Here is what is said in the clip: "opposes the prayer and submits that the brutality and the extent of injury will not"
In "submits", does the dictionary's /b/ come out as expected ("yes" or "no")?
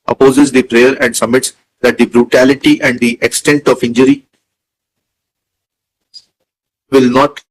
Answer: no